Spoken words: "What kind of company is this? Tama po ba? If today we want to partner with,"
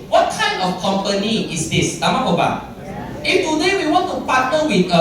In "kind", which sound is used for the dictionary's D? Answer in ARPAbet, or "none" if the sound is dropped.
none